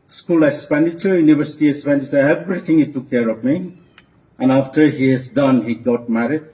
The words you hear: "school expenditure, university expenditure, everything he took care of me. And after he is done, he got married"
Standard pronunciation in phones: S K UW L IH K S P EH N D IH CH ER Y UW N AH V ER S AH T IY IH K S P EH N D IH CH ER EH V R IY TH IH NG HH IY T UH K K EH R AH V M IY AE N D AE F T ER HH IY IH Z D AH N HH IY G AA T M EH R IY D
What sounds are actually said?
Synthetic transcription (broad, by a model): S K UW L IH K S P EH N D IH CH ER Y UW N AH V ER S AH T IY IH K S P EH N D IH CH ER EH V R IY T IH NG HH IY T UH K K EH R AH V M IY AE N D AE F T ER HH IY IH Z D AH N HH IY G AA T M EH R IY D